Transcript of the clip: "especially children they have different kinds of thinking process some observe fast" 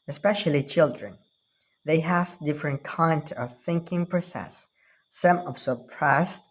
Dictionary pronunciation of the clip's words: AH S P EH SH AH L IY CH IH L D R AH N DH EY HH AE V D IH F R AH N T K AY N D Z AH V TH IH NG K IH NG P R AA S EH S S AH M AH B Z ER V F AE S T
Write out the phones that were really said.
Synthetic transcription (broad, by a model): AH S P EH SH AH L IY CH IH L D R AH N DH EY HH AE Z D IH F R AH N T K AY N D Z AH V TH IH NG K IH NG P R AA S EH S S AH M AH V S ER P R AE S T